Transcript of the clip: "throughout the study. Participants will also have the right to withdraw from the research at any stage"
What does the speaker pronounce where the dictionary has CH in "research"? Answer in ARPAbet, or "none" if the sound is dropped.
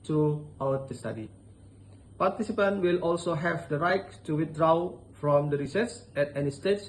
S